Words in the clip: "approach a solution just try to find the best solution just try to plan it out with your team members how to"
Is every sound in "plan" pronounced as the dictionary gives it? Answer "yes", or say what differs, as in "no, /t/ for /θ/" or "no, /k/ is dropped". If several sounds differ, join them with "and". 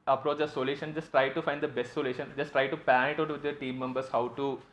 no, /l/ is dropped